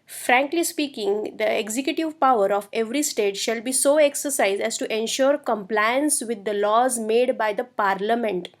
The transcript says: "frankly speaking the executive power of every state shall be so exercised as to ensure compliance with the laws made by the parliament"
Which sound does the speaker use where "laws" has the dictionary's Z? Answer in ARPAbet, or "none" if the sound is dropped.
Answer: Z